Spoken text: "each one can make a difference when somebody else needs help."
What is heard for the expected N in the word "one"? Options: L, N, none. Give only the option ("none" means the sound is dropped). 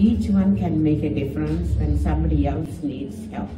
N